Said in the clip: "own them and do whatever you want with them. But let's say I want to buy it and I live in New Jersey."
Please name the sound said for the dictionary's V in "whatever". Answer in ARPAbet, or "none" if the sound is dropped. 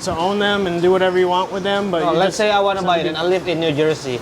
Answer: V